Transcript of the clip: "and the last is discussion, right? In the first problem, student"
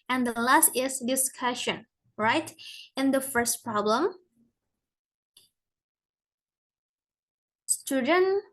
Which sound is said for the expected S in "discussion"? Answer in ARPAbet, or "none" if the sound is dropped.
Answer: S